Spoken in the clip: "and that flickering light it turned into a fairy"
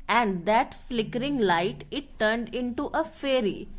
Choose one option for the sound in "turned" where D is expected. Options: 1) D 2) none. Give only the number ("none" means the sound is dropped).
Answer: 1